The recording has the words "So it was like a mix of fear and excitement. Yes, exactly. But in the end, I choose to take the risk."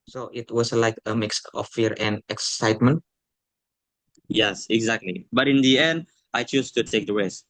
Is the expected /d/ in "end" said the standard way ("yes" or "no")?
yes